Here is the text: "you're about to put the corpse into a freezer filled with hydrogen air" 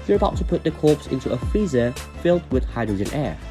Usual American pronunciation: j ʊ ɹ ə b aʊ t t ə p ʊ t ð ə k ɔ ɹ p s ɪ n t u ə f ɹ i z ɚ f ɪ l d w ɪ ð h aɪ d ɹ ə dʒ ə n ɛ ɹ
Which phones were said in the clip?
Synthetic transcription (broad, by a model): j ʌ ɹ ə b aʊ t t ə p ʊ t ð ə k ɔ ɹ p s ɪ n t u ə f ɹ i z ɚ f ɪ l d w ɪ ð h aɪ d ɹ ə dʒ ə n ɛ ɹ